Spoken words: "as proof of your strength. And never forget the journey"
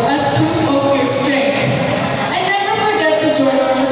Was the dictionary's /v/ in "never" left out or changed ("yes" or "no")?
yes